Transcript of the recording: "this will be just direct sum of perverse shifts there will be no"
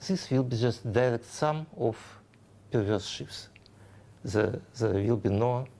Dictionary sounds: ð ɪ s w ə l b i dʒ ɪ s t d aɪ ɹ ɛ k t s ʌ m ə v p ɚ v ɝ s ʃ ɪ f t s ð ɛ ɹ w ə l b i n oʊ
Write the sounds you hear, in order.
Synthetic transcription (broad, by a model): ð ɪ s w ə l b i dʒ ɪ s t d aɪ ɹ ɛ k t s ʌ m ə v p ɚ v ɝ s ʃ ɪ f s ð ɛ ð w ə l b i n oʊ